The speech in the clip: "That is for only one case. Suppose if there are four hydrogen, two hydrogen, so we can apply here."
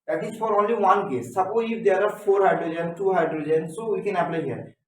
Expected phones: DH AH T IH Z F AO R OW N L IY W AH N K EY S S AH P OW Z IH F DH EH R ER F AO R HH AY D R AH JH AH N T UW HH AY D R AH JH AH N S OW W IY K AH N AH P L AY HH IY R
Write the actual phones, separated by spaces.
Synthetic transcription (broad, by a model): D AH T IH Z F AO R OW N L IY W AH N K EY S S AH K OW IH F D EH R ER F AO R HH AY D R AH JH AH N T UW HH AY D R AH JH AH N S OW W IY K AH N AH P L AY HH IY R